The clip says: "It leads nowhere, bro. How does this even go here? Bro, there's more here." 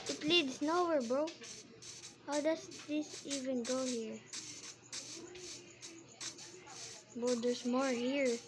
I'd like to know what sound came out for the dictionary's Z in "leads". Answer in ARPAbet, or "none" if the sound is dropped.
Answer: S